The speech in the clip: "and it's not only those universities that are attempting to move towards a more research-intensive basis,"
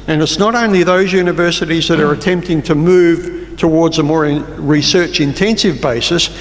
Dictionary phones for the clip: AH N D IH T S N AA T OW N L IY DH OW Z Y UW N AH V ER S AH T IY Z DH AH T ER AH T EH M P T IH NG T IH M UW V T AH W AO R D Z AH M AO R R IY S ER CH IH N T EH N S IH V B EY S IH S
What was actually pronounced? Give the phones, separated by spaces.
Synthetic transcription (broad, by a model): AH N IH T S N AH T OW N L IY DH OW Z Y UW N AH V ER S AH T IY Z DH AH T ER AH T EH M P T IH NG T IH M UW V T AH W AO R D Z AH M AO R R IY S ER CH IH N T EH N S IH V B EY S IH S